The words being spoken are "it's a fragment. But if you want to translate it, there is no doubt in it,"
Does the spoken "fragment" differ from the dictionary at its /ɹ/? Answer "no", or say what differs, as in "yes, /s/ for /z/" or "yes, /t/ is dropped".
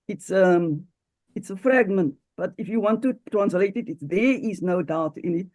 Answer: no